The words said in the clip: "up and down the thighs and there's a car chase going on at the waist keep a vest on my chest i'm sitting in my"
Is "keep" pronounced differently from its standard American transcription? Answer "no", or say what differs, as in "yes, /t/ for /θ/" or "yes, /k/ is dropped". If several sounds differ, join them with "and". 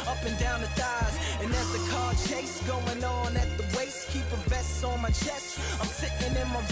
no